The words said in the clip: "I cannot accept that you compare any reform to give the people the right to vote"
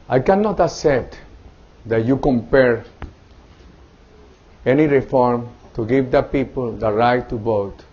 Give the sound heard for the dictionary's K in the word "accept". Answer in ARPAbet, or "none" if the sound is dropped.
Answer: none